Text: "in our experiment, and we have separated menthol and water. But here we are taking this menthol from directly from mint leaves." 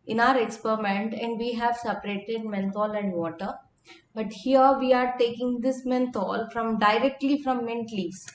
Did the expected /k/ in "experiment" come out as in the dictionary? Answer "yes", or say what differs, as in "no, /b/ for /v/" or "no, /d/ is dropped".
yes